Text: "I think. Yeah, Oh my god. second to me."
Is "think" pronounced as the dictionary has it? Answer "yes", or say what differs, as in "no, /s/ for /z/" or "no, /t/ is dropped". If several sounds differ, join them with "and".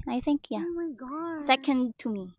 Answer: yes